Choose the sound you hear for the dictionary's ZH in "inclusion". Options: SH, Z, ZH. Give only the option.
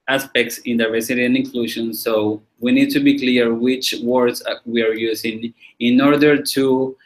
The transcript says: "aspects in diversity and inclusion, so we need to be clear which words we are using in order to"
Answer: SH